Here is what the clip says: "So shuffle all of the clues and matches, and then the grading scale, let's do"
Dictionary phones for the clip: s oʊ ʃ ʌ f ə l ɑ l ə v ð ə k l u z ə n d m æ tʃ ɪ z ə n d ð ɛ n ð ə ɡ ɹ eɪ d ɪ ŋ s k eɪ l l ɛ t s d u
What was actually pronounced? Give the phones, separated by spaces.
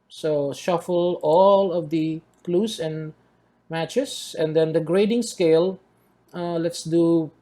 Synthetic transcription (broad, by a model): s oʊ ʃ ʌ f ə l ɑ l ə v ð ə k l u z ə n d m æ tʃ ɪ s ə n d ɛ n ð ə ɡ ɹ eɪ d ɪ ŋ s k eɪ l l ɛ t s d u